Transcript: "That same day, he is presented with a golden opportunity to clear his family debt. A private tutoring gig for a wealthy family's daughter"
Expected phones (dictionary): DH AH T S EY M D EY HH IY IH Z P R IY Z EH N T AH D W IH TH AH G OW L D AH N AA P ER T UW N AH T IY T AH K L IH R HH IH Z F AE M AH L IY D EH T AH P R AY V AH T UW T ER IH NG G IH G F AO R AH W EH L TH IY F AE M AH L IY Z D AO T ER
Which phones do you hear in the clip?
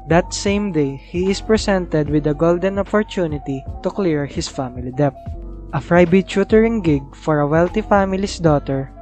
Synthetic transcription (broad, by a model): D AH T S EY M D EY HH IY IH S P R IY S EH N T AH D W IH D AH G OW L D AH N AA P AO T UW N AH T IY T AH K L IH R HH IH S F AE M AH L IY D EH T AH F R AY B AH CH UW T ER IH NG G IH G F AO R AH W EH L T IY F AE M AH L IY S D AO T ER